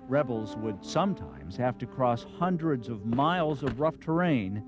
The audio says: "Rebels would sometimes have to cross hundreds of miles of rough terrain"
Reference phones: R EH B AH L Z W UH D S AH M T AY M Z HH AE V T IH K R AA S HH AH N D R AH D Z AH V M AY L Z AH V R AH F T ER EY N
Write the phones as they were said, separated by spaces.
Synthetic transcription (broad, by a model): R EH B L Z W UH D S AH M T AY M Z HH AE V T IH K R AA S HH AH N D R AH D Z AH V M AY L Z AH V R AH F T ER EY N